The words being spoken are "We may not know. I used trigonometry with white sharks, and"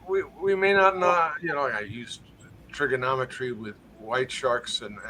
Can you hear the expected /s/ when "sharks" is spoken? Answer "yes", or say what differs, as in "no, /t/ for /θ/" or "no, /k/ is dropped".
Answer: yes